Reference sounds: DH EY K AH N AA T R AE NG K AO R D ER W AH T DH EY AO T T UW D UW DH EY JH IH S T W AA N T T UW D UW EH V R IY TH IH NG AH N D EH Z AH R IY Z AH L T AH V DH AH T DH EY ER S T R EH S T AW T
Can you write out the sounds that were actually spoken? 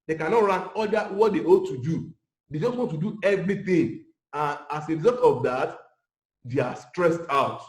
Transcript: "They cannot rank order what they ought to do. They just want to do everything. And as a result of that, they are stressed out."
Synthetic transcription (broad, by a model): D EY K AH N AA T R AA K AO L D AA W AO T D EY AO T T UW D UW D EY JH IH S T W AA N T T UW D UW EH V R IY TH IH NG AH N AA S AH R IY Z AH L T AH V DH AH T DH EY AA S T R EH S T AW T